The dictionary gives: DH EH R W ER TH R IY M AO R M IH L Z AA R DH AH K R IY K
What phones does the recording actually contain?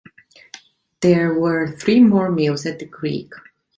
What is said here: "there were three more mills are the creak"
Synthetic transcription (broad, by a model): DH EH R W ER TH R IY M AO R M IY L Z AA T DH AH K R IY K